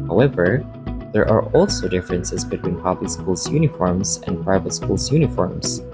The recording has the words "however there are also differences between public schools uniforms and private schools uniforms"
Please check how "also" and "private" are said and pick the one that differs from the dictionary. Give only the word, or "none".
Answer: none